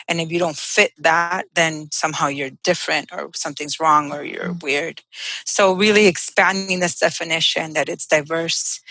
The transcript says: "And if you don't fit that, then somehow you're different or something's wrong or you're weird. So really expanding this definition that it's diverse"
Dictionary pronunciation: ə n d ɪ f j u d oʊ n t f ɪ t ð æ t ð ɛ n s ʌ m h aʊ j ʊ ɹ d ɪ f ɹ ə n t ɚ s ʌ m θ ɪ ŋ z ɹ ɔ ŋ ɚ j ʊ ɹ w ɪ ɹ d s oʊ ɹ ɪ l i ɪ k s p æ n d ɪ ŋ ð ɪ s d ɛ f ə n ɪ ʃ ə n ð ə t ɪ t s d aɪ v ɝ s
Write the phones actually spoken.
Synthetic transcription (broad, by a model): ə n ɪ f j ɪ d oʊ n t f ɪ t ð æ t ð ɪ n s ʌ m h aʊ j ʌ ɹ d ɪ f ɹ ə n t ɚ s ʌ m θ ɪ ŋ z ɹ ɔ ŋ ɚ j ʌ ɹ w ɪ ɹ d s oʊ ɹ ɪ l i ɪ k s p æ n d ɪ ŋ ð ɪ s d ɛ f ə n ɪ ʃ ə n ð ə t ɪ t s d aɪ v ɝ s